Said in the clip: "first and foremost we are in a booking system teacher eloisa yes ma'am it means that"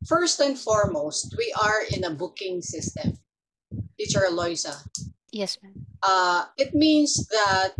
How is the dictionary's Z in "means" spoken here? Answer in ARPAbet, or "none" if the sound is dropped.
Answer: S